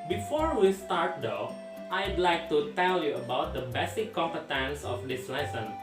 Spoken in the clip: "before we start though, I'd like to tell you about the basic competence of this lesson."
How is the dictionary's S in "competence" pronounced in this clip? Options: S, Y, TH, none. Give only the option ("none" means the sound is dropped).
S